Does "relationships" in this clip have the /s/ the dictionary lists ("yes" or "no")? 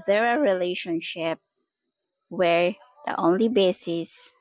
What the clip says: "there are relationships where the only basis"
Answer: no